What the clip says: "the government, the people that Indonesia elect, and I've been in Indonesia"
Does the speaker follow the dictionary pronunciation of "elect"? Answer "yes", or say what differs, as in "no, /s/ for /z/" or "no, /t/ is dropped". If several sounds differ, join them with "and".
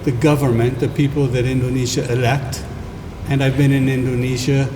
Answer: yes